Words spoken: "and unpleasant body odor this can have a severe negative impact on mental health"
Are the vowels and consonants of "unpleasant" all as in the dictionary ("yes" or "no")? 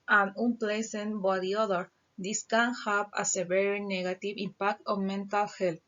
no